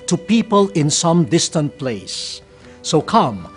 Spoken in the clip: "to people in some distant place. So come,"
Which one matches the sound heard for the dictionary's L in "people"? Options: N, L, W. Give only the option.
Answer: L